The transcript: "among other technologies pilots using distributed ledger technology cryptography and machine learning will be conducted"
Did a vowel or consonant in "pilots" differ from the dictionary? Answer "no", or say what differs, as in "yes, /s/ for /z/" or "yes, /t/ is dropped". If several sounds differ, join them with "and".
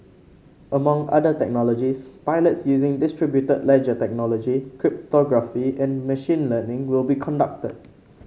no